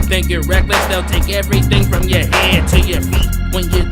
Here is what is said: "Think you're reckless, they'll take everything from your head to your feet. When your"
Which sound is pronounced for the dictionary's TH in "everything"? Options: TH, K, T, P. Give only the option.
TH